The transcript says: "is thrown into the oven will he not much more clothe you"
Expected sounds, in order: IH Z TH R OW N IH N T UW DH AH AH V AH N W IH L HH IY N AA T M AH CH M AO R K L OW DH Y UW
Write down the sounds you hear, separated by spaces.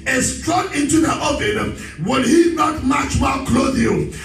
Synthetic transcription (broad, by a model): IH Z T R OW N IH N T UW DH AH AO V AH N W IH L HH IY N AA T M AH CH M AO L K L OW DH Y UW